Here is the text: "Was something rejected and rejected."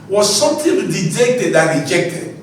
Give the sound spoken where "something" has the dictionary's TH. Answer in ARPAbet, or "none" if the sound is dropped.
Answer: T